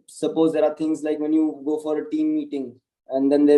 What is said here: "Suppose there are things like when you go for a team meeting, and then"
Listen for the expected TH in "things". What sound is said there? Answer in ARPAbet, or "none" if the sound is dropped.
T